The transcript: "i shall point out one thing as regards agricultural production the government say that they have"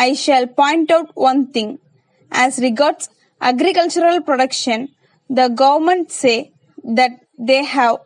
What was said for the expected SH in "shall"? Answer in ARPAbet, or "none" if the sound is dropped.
SH